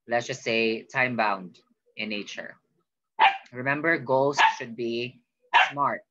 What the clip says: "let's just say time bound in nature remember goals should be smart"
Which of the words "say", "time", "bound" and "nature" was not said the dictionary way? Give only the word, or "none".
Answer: none